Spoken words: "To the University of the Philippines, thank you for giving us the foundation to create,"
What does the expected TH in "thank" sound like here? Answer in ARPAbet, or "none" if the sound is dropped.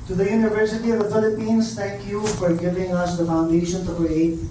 T